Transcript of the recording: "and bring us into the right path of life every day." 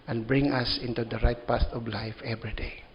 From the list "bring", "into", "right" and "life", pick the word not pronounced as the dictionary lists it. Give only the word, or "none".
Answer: none